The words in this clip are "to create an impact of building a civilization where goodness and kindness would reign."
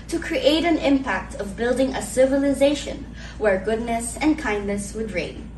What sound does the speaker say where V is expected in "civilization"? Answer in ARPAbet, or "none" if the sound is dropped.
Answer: V